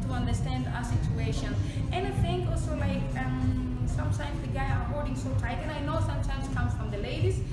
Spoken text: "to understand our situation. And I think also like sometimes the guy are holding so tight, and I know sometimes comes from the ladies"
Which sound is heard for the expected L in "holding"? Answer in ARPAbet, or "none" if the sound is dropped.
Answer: none